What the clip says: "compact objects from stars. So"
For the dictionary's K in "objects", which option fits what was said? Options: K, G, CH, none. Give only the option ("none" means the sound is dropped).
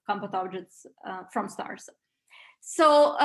none